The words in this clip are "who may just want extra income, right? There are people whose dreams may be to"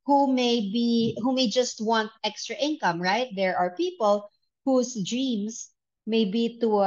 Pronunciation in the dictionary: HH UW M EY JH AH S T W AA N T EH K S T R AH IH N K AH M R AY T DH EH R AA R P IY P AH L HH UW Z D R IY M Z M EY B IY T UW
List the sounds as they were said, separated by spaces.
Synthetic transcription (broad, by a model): HH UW M EY JH AH S T W AA N T EH K S T R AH IH N K AH M R AY T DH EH R AA R P IY P AH L HH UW S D R IY M S M EY B IY T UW